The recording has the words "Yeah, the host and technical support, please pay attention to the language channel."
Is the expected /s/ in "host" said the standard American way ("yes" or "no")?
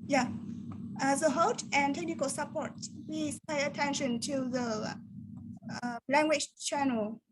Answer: no